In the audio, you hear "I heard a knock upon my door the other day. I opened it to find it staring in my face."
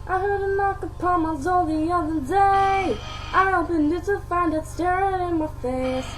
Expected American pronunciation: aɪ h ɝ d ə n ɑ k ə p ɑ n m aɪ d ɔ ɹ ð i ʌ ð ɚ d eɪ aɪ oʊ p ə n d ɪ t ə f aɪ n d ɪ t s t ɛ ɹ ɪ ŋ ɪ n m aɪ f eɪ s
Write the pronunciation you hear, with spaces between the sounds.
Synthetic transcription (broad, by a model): aɪ h ɝ d ə n ɑ k ə p ɑ n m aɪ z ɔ l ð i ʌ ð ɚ d eɪ aɪ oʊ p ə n ɪ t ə f aɪ n d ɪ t s t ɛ ɹ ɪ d ɪ n m aɪ f eɪ s